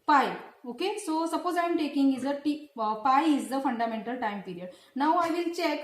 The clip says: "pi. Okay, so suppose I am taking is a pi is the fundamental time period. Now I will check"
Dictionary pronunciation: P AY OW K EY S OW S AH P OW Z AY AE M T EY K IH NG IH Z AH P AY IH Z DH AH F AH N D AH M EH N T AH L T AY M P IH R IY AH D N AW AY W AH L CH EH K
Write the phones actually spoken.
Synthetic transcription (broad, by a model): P AY OW K EY S OW S AH P OW Z AY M T EY K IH NG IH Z AH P AY IH Z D AH F AH N D AH M EH N T AH L T AY M P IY R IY AH D N AW AY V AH L CH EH K